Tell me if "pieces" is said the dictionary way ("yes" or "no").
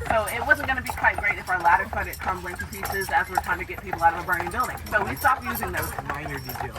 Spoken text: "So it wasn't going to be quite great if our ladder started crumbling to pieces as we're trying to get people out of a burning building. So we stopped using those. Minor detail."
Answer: yes